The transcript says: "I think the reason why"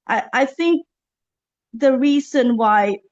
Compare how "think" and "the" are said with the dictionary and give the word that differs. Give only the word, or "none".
none